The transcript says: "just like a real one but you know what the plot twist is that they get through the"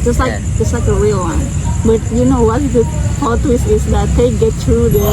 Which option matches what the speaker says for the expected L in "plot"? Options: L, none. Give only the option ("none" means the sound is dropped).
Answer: none